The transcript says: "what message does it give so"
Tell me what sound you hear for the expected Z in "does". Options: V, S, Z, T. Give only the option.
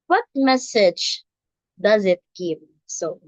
Z